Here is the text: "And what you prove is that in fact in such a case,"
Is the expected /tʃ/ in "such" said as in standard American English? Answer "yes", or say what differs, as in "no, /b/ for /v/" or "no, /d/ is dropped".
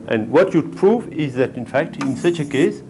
yes